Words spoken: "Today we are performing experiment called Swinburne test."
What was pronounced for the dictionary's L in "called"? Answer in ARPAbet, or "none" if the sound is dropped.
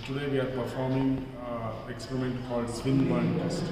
L